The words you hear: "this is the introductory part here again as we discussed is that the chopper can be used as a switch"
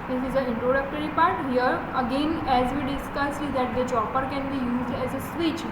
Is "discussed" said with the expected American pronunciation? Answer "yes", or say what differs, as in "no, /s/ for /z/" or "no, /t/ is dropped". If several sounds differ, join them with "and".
no, /t/ is dropped